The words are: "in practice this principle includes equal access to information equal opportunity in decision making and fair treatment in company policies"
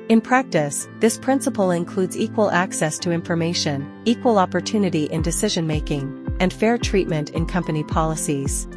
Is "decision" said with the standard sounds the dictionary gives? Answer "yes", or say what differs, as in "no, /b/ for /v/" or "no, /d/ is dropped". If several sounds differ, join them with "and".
yes